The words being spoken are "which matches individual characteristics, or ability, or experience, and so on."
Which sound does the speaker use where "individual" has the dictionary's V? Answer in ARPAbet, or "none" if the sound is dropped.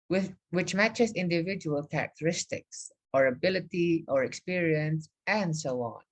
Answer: V